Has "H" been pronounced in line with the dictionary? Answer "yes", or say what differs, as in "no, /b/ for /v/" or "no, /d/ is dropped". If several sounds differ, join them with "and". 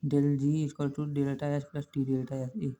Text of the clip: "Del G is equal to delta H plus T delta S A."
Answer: no, /s/ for /tʃ/